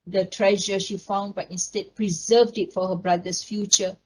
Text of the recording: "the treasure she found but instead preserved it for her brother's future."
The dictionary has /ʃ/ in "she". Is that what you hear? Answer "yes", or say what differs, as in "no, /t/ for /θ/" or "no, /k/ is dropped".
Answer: yes